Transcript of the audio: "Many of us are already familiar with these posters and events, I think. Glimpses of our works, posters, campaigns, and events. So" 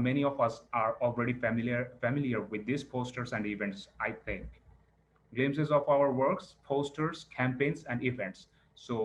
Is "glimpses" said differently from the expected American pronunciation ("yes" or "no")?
yes